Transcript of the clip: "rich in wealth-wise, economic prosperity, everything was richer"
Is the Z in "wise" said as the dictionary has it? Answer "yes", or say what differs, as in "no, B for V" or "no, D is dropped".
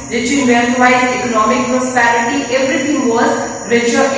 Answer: no, Z is dropped